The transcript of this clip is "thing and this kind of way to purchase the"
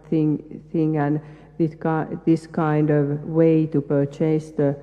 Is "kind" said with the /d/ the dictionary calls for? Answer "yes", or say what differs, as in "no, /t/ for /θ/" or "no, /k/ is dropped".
yes